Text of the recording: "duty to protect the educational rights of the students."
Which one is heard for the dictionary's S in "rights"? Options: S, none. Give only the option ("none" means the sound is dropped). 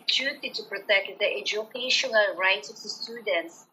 none